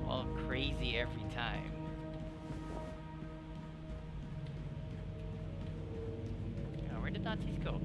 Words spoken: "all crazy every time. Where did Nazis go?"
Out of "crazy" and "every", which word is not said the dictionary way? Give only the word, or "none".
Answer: none